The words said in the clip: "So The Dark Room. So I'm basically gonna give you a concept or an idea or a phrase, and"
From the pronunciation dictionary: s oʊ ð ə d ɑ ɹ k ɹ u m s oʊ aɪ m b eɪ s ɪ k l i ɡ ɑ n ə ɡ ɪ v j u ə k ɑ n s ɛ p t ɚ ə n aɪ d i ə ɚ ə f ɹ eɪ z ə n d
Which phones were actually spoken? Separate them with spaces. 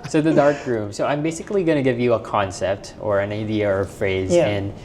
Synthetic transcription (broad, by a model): s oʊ ð ə d ɑ ɹ k ɹ u m s oʊ aɪ m b eɪ s ɪ k l i ɡ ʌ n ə ɡ ɪ v j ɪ ə k ɑ n s ɛ p t ɚ ə n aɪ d i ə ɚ ə f ɹ eɪ z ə n